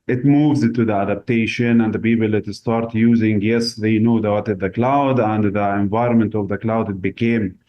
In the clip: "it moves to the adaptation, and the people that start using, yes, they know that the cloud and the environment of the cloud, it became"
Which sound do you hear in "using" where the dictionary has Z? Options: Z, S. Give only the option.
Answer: Z